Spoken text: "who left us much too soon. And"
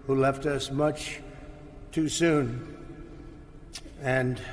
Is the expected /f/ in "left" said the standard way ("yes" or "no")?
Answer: yes